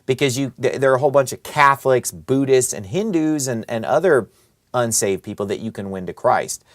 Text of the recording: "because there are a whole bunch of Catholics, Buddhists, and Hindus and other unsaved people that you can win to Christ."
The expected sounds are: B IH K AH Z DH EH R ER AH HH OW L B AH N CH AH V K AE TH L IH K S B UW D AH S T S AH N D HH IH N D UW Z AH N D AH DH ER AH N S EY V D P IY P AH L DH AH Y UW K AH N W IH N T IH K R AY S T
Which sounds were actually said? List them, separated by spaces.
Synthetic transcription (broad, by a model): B IH K AH Z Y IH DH ER AH HH OW L B AH N CH AH V K AE TH L IH K S B UW D AH S T S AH N HH IH N D UW Z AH N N AH DH ER AH N S EY V D P IY P L DH AH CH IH K AH N W IH N T IH K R AY S T